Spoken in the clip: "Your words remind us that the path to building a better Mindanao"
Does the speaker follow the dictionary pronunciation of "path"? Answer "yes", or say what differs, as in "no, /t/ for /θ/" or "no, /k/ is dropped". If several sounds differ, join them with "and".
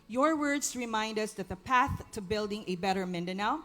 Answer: yes